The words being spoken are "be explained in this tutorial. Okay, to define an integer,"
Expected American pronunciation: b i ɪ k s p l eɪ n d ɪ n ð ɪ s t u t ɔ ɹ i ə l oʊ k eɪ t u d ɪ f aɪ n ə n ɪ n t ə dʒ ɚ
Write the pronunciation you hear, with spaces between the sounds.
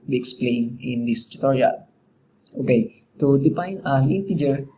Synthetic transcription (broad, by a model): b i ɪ k s p l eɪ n ɪ n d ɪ s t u t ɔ ɹ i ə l oʊ k eɪ t u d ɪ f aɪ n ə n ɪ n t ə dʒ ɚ